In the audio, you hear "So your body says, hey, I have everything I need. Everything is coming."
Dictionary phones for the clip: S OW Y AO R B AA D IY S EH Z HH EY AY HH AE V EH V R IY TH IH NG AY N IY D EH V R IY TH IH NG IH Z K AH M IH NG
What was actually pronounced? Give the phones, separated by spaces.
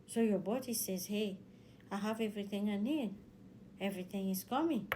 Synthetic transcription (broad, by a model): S OW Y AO B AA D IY S EH Z HH EY AY HH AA V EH V R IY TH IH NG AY N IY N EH V R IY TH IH NG IH Z K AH M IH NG